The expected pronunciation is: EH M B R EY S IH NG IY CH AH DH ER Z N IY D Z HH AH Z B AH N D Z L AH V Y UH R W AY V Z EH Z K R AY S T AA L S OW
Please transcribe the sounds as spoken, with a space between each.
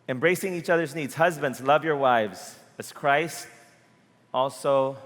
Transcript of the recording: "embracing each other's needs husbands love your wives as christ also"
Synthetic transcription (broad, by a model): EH M B R EY S IH NG IY CH AH DH ER Z N IY D Z HH AH Z B AH N D Z L AH V Y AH R W AY V Z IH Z K R AY S T AA L S OW